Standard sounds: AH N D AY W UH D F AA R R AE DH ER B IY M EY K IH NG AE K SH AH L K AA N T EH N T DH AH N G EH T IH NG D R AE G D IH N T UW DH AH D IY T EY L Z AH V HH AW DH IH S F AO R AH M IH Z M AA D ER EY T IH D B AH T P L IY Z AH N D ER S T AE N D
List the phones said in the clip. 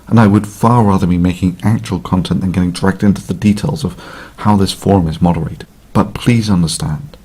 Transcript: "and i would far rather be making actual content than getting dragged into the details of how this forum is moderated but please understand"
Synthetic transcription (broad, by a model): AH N AY W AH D F AA R R AE DH ER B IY M EY K IH NG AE K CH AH L K AA N T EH N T DH AH N G EH T IH NG D R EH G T IH N T UW DH AH D IY T EY L Z AH V HH AW DH IH S F AO R M IH Z M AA D ER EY IH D B AH T P L IY Z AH N D ER S T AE N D